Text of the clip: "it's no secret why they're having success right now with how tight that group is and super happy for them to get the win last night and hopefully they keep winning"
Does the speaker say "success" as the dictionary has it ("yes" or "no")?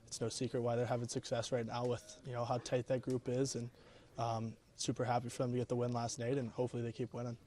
yes